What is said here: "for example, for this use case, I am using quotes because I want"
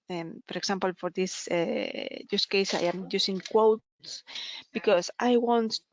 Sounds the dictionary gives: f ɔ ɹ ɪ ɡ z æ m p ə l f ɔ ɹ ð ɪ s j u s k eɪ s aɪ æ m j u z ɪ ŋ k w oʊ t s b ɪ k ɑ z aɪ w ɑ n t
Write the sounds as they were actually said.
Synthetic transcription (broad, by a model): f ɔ ɹ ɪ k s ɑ m p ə l f ɔ ɹ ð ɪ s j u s k eɪ s aɪ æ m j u s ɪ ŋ k w oʊ t s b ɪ k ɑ s aɪ w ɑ n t